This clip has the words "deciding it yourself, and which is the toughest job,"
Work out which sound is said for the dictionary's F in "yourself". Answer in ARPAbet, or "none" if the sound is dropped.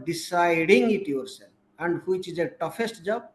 none